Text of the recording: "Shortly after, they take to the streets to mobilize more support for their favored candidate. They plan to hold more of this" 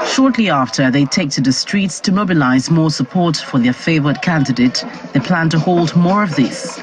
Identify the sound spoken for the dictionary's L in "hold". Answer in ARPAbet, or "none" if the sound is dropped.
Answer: L